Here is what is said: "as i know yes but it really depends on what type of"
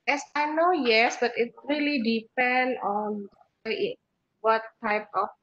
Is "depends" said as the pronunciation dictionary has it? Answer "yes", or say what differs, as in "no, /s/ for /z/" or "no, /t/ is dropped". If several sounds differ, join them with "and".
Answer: no, /z/ is dropped